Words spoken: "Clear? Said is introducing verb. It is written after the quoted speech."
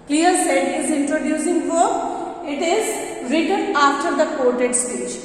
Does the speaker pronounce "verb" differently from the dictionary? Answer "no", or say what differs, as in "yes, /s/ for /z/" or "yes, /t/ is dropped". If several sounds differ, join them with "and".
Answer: yes, /b/ is dropped